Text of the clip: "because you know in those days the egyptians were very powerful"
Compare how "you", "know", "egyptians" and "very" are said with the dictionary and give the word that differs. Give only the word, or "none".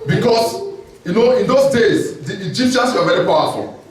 egyptians